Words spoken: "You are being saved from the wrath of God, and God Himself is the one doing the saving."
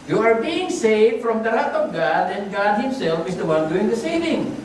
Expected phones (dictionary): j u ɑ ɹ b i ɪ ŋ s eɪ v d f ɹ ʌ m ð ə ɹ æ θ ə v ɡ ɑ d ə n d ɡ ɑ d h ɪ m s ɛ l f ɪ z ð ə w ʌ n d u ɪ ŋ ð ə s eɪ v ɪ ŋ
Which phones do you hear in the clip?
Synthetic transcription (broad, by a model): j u ɑ ɹ b i ɪ ŋ s eɪ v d f ɹ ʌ m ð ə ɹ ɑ t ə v ɡ ɑ d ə n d ɡ ɑ d h ɪ m s ɛ l f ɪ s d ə w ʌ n d u ɪ ŋ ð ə s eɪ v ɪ ŋ